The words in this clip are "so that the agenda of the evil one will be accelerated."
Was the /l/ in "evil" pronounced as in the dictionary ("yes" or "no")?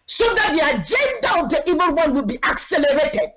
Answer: no